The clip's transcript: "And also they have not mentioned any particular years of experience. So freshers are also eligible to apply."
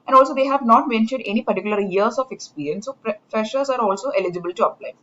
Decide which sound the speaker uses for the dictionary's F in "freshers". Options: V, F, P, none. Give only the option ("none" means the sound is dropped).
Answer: P